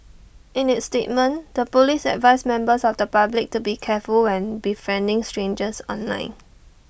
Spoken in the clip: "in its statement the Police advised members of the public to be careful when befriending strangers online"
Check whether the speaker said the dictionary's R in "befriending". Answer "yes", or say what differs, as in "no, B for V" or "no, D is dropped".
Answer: no, R is dropped